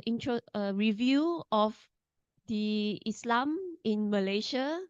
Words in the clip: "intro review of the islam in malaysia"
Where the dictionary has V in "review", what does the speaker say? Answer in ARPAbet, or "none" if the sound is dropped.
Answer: V